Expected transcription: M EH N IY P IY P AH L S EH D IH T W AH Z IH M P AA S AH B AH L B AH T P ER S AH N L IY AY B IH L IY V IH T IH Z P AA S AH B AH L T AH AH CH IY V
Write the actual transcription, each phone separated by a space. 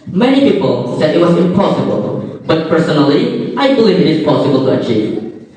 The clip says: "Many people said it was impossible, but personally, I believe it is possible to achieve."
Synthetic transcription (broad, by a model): M EH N IY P IY P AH L S EH D IH T W AH Z IH M P AA S AH B AH L B AH T P ER S AH N L IY AY B IH L IY V IH T IH Z P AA S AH B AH L T AH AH CH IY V